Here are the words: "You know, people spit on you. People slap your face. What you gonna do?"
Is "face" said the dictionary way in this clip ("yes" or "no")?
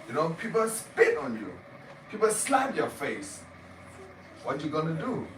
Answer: yes